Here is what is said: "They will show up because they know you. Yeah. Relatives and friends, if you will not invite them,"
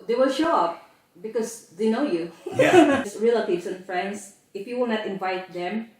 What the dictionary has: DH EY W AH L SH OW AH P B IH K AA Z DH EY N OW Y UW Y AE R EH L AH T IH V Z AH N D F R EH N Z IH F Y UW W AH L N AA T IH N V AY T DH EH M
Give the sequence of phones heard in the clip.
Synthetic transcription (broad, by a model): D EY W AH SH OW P B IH K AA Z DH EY N OW Y UW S R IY L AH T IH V S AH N F R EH N S IH F Y UW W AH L N AA T IH N V AY T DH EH M